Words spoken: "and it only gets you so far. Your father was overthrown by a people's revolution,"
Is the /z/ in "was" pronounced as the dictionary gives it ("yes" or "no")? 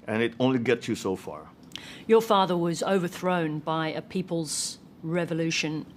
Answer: yes